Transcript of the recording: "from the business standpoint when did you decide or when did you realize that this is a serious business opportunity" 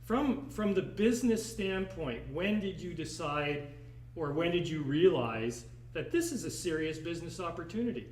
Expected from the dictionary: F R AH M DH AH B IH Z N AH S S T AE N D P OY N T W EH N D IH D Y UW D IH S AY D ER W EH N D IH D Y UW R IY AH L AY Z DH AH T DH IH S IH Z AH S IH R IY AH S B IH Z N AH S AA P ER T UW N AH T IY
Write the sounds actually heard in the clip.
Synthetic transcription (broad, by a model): F R AH M DH AH B IH Z N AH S S T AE N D P OY N T W EH N D IH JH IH D IH S AY D ER W EH N D IH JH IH R IY AH L AY Z DH AH T DH IH S IH Z AH S IH R IY AH S B IH Z N AH S AA P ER T UW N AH T IY